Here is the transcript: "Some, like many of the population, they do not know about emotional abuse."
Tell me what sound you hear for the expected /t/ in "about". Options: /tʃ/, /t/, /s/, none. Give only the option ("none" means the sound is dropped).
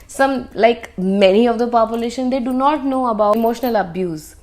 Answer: none